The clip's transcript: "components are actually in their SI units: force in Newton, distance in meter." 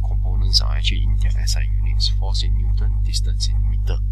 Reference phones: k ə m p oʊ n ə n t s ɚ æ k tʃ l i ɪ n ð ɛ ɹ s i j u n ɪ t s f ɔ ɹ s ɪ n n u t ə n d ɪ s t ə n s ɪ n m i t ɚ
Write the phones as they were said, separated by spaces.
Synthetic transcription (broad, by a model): k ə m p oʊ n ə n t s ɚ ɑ tʃ i ɪ n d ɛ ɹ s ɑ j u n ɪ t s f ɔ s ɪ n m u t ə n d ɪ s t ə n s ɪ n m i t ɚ